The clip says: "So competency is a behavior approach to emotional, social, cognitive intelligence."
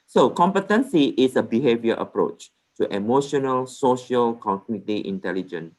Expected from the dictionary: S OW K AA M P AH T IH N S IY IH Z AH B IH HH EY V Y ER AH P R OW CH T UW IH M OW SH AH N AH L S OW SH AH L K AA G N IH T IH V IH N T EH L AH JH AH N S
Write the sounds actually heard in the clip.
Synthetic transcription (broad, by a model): S OW K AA M P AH T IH N S IY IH S AH B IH HH EY V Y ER AH P R OW CH T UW IH M OW SH AH N AH L S OW SH AH L K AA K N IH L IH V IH N T EH L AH JH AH N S